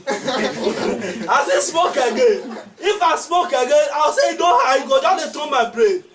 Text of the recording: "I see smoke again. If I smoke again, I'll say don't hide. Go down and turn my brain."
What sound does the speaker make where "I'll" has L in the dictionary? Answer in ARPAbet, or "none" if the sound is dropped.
W